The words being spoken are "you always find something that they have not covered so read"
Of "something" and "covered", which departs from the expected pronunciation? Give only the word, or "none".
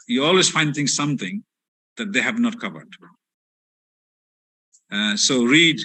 none